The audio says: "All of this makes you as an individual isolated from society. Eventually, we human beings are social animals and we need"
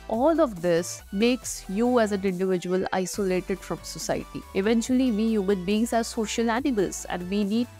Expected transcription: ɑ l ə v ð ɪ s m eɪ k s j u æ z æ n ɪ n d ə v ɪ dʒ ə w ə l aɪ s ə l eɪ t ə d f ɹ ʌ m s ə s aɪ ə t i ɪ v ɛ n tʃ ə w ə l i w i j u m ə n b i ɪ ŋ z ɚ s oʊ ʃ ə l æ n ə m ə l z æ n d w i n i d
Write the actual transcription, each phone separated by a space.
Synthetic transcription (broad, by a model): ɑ l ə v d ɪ s m eɪ k s j u æ z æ n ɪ n d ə v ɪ dʒ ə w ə l aɪ s ə l eɪ t ə d f ɹ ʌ m s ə s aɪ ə t i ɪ v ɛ n tʃ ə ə l i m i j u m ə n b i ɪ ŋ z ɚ s oʊ ʃ ə l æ n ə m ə l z æ n d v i n i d